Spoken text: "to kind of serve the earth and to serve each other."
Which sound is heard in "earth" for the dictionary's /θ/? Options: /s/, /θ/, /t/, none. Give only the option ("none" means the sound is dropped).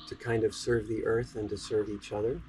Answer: /θ/